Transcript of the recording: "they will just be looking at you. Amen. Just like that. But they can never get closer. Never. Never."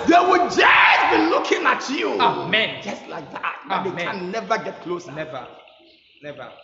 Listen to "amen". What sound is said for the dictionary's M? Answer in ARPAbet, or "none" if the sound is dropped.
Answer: M